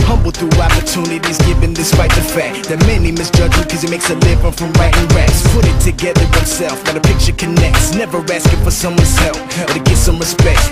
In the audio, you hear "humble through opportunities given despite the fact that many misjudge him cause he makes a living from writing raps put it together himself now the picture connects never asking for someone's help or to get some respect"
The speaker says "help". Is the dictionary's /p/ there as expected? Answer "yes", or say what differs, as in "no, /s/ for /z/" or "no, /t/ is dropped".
no, /f/ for /p/